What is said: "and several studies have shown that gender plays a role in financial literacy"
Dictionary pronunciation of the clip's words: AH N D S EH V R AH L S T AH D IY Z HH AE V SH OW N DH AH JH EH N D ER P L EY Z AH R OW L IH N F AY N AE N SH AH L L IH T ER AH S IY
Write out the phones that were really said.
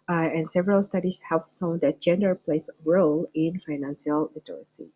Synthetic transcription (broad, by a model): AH N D S EH V R AH L S T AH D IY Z HH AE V S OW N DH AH JH EH N D ER P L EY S R OW L IH N F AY N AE N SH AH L L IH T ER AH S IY